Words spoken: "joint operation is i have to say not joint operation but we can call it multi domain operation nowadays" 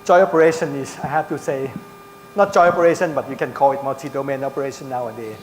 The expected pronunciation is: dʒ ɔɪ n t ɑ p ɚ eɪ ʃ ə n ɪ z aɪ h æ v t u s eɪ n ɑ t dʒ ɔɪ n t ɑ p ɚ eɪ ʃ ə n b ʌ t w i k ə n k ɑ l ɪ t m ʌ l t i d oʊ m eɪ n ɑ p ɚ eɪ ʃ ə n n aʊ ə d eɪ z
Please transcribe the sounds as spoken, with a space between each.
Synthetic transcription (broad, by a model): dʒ ɔɪ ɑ p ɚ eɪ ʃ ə n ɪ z aɪ h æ f t u s eɪ n ɑ t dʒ ɔɪ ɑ p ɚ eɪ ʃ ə n b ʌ t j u k ə n k ɑ l ɪ t m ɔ t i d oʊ m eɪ n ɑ p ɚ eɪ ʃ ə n n aʊ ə d eɪ